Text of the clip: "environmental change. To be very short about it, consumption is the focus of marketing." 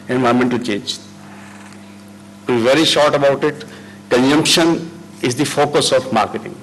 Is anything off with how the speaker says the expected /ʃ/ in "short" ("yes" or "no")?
no